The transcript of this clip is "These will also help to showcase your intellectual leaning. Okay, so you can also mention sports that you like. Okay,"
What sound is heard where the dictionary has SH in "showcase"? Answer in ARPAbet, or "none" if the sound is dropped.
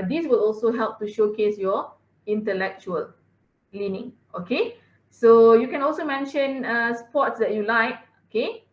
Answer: SH